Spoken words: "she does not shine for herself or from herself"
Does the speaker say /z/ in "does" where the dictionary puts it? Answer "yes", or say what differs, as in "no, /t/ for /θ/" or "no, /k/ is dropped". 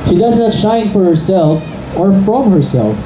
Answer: yes